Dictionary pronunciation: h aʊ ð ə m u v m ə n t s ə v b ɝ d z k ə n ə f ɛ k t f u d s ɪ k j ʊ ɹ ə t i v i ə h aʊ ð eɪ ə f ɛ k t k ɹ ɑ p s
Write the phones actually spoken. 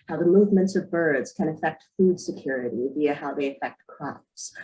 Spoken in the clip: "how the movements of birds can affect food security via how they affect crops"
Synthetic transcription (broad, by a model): h aʊ ð ə m u v m ə n t s ə v b ɝ d z k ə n ə f ɛ k t f u d s ɪ k j ʊ ɹ ə t i v i ə h aʊ ð eɪ ə f ɛ k t k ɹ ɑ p s